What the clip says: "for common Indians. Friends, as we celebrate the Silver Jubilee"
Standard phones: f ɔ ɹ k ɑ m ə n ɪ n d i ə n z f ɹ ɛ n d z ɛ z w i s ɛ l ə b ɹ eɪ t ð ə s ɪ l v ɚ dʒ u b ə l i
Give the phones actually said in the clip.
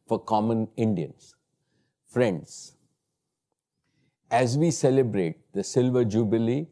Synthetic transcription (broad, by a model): f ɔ ɹ k ɑ m ə n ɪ n d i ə n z f ɹ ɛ n d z ɛ z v i s ɛ l ə b ɹ eɪ t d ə s ɪ l v ɚ dʒ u b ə l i